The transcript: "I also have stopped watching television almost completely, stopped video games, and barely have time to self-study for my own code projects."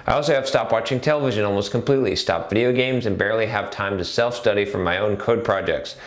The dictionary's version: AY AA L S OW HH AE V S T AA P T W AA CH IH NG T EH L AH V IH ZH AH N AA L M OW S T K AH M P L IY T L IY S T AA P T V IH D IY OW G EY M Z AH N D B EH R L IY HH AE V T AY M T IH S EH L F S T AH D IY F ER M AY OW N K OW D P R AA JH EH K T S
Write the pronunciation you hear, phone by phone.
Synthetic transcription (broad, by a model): AY AA L S OW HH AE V S T AA P W AA CH IH NG T EH L AH V IH ZH AH N AA L M OW S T K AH M P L IY T L IY S T AA P V IH D IY OW G EY M Z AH N B EH R L IY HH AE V T AY M T IH S EH L F S T AH D IY F ER M AY OW N K OW D P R AA JH EH K T S